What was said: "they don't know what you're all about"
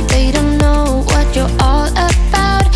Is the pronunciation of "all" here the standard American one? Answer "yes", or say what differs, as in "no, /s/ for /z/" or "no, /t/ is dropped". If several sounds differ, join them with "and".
yes